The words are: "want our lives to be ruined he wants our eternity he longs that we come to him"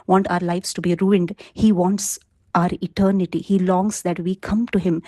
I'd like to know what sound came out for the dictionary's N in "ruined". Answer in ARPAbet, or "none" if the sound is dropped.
N